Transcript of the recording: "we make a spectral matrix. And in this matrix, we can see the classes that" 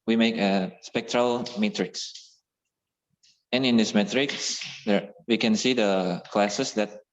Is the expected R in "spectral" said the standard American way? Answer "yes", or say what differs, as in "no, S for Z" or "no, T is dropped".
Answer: yes